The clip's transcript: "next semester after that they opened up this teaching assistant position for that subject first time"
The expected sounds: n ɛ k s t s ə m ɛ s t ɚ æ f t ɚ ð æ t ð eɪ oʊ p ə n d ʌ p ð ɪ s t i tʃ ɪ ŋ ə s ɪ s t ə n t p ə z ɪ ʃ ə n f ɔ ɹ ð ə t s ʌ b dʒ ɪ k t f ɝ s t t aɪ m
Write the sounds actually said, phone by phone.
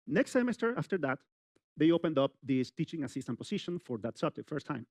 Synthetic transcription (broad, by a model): n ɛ k s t s ə m ɛ s t ɚ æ f t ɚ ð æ t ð eɪ oʊ p ə n d ʌ p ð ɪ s t i tʃ ɪ ŋ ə s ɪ s t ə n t p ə s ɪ ʃ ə n f ɔ ɹ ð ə t s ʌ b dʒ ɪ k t f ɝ s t t aɪ m